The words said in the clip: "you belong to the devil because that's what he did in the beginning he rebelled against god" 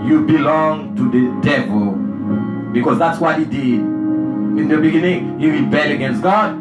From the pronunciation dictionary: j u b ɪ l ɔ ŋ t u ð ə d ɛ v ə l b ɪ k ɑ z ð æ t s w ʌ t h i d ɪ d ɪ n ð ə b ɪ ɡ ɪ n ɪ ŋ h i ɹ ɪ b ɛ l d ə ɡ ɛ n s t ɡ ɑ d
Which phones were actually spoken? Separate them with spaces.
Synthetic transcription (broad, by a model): j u b ɪ l ɔ ŋ t u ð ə d ɛ v ə l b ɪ k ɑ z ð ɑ t s w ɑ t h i d ɪ d ɪ n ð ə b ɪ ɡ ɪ n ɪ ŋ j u ɹ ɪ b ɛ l ə ɡ ɛ n s t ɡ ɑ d